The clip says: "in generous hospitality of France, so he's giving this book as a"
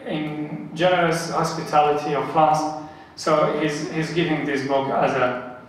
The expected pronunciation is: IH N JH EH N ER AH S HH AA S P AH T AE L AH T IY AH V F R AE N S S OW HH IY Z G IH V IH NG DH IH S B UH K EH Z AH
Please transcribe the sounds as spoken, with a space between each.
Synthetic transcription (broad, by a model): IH N JH EH N ER AH S HH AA S P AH T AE L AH T IY AH V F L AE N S S OW HH IY Z G IH V IH NG DH IH S B UH K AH Z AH